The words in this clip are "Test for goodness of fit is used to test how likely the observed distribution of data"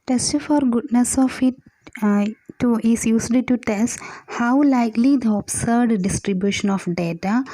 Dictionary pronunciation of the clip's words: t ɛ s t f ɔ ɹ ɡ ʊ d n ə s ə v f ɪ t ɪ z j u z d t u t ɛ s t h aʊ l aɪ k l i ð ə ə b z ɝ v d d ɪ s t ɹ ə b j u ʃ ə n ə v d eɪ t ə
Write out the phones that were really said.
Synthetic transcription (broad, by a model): t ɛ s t f ɔ ɹ ɡ ʊ d n ə s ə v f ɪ t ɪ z j u s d t u t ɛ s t h aʊ l aɪ k l i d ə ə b s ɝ d d ɪ s t ɹ ə b j u ʃ ə n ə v d eɪ t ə